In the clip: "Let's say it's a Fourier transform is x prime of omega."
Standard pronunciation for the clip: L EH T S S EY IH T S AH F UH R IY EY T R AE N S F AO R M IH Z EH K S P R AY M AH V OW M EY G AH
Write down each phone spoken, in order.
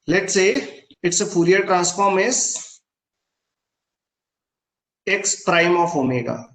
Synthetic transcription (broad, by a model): L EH T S S EY IH T S AH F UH R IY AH T R AE N S F AO R M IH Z EH K S P R AY M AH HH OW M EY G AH